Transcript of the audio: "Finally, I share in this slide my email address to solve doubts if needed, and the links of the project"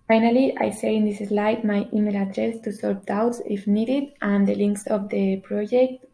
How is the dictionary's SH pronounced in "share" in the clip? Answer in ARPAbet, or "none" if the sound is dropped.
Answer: S